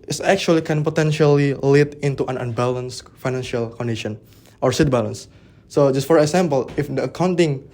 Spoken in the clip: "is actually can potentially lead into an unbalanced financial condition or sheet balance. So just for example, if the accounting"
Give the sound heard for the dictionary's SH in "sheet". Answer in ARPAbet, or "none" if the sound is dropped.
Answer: S